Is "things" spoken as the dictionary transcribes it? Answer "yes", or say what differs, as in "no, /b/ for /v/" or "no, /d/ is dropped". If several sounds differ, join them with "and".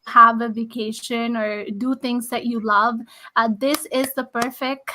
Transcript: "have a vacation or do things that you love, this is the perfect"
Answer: no, /t/ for /θ/